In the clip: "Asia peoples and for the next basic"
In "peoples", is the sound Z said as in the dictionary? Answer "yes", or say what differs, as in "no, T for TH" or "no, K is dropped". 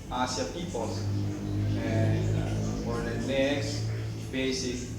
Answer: no, Z is dropped